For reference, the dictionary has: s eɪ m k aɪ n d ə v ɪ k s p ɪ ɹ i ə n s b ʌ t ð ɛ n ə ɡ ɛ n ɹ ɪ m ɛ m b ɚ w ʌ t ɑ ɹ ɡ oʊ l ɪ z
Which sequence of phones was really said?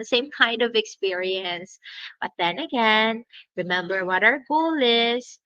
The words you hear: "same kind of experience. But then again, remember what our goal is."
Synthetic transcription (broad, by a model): s eɪ m k aɪ n d ə v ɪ k s p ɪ ɹ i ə n s b ʌ t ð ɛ n ə ɡ ɛ n ɹ ɪ m ɛ m b ɚ w ʌ t ɑ ɹ ɡ oʊ l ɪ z